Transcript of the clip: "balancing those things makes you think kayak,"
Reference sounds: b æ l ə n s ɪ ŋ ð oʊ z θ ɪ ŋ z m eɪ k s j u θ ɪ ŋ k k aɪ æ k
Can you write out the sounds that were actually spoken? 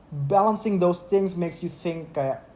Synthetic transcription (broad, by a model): b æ l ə n s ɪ ŋ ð oʊ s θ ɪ ŋ s m eɪ k s j u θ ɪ ŋ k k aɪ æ